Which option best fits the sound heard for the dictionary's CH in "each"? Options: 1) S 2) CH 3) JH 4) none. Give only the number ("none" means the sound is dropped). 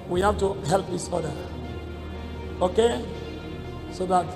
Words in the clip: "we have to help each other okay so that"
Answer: 1